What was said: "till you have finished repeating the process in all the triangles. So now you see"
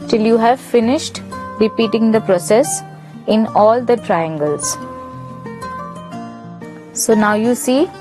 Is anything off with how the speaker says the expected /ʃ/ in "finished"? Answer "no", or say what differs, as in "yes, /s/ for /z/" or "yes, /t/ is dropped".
no